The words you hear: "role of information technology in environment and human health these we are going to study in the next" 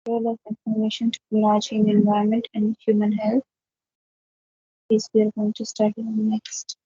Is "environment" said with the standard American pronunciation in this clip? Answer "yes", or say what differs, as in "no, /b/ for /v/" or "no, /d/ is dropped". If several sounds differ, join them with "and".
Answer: no, /ɹ/ is dropped